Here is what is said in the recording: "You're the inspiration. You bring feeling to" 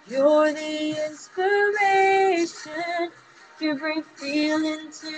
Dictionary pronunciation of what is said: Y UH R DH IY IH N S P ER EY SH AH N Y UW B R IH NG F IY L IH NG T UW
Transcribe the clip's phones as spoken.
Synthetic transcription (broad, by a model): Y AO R DH IY IH N S P ER EY SH AH N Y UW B R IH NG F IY L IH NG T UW